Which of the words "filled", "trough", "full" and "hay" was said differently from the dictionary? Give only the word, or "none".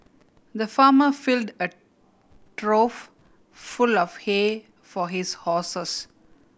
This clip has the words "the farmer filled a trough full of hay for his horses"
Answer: none